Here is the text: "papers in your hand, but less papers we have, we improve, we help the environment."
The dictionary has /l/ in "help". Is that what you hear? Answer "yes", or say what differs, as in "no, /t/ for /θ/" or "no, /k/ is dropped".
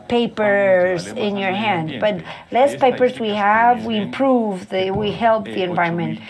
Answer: yes